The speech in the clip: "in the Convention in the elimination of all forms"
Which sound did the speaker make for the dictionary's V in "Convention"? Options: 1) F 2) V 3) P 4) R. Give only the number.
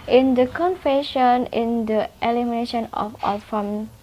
1